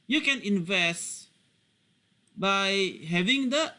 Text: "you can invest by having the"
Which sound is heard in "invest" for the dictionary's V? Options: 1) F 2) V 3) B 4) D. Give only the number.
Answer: 2